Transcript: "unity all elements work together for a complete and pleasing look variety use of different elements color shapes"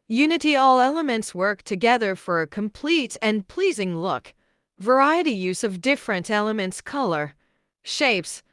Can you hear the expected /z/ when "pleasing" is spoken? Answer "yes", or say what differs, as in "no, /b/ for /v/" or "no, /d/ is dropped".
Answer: yes